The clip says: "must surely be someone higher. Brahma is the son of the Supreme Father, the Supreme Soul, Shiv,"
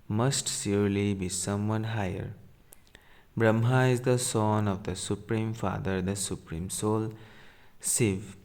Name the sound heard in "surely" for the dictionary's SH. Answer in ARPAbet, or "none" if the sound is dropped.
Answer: S